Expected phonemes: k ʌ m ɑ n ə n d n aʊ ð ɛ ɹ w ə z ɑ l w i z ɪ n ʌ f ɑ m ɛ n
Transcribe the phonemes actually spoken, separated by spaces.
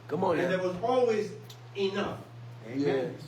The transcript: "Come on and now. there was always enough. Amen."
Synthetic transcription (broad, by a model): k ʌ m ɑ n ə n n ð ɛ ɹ w ə z ɑ l w i z ɪ n ʌ f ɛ